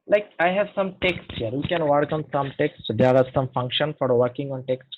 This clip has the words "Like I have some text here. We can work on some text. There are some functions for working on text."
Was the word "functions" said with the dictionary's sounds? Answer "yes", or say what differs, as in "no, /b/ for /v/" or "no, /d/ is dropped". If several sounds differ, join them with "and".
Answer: no, /z/ is dropped